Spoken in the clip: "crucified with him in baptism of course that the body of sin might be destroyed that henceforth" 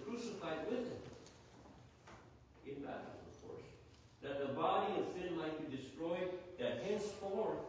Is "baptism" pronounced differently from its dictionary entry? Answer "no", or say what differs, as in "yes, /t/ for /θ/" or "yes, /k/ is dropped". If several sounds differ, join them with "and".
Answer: yes, /p/ is dropped